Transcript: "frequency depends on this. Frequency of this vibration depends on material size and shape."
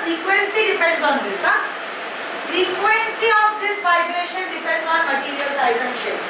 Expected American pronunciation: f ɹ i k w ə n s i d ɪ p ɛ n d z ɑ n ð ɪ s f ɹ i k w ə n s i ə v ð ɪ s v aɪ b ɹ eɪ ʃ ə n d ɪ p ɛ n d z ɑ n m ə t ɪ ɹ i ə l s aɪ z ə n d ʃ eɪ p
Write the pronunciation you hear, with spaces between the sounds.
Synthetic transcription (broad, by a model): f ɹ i k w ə n s i d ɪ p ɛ n d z ɑ n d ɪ s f ɹ i k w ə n s i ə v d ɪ s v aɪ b l eɪ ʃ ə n d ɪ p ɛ n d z ɑ n m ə t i ɹ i ə l s aɪ z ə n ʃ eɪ